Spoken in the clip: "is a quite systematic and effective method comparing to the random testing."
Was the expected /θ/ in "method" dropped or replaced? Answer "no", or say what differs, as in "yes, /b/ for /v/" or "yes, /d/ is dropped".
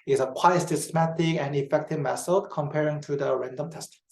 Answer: yes, /s/ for /θ/